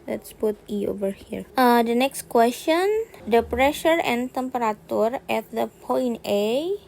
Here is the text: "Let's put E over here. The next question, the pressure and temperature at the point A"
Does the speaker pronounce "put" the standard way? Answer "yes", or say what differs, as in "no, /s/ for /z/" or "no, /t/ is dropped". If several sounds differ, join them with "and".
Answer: no, /b/ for /p/